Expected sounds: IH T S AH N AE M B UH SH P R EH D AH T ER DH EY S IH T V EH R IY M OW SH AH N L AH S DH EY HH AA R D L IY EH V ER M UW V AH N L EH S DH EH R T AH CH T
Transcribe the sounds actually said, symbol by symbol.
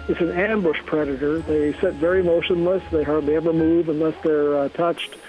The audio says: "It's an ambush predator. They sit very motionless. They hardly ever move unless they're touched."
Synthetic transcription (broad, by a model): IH T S AH N AE M B UH SH P R EH D AH T ER DH EY S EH T V EH R IY M OW SH AH N L AH S DH EY HH AA R D L IY EH V ER M UW V AH N L EH S DH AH R T AH CH T